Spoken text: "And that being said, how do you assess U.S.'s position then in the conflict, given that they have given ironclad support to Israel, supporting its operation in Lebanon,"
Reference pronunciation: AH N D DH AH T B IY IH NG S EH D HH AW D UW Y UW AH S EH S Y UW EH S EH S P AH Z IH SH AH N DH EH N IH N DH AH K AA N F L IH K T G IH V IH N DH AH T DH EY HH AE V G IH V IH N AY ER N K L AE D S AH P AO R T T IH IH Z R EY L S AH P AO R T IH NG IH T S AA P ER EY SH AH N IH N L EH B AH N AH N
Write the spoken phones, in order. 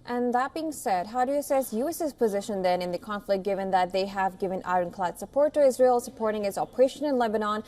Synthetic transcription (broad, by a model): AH N DH AH T B IY IH NG S EH D HH AW D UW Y AH S EH S Y UW EH S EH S P AH Z IH SH AH N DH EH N IH N DH AH K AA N F L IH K G IH V IH N DH AH T DH EY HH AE V G IH V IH N AY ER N K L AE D S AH P AO R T T IH IH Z R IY L S AH P AO R T IH NG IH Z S AA P ER EY SH AH N IH N L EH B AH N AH N